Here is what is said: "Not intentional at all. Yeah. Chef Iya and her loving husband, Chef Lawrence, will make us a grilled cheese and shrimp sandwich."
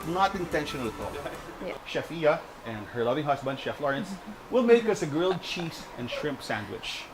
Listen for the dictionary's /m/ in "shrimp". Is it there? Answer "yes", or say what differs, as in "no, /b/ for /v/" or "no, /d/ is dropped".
yes